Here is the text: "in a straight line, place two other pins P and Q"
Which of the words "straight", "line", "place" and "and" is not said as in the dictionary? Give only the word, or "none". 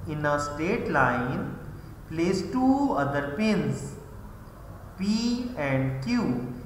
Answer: straight